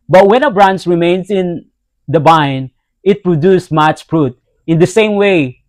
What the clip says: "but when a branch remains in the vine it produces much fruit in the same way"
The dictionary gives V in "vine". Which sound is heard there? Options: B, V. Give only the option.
B